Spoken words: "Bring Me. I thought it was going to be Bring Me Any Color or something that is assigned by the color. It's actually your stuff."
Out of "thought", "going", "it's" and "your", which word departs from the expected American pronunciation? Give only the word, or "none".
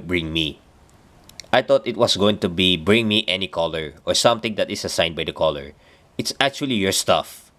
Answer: thought